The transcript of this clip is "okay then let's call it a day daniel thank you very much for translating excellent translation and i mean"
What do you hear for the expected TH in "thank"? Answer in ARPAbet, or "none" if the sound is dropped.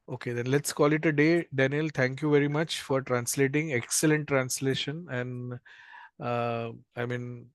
T